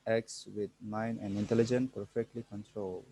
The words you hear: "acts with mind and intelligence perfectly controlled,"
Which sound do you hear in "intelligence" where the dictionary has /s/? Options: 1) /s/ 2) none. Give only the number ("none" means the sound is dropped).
2